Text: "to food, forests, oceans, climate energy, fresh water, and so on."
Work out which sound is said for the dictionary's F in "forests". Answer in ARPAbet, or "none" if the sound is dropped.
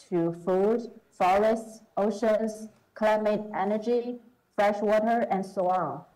F